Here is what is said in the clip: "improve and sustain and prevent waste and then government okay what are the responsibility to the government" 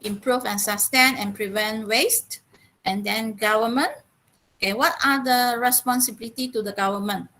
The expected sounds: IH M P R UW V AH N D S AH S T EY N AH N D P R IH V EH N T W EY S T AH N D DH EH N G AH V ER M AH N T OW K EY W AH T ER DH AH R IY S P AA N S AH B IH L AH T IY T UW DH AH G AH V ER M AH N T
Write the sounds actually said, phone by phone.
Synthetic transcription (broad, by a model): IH M P R UW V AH N S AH S T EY N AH N P R IH V EH N T W EY S T AH N D EH N G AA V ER M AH N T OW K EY W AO T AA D AH R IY S P AA N S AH B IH L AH T IY T UW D AH G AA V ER M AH N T